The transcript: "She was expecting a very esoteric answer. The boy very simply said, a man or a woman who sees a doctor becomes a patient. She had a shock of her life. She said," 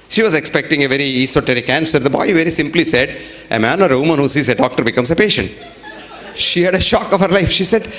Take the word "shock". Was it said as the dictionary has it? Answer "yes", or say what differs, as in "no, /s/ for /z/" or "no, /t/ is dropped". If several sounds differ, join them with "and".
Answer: yes